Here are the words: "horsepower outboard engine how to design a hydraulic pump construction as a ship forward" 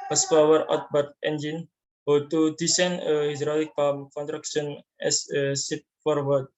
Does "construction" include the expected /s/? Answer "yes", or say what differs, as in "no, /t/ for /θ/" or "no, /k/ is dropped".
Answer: no, /s/ is dropped